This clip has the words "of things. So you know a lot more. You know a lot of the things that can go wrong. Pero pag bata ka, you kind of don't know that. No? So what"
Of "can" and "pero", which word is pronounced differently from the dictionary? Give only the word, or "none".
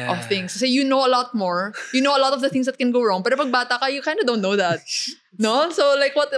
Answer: none